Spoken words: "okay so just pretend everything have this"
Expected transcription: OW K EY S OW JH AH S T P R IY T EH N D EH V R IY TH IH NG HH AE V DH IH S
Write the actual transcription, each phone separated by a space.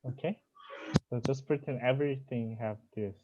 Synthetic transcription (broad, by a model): OW K EY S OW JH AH S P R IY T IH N EH V R IY TH IH NG HH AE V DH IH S